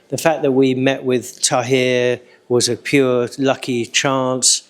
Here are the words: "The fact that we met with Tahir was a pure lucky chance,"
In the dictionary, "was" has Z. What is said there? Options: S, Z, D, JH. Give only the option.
Z